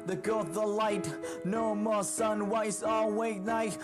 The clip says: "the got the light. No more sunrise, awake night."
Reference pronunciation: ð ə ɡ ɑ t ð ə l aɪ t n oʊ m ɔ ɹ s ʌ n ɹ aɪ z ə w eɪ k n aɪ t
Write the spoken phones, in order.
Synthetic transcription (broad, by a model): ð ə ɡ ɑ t ð ə l aɪ t n oʊ m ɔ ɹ s ʌ n w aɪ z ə w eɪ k n aɪ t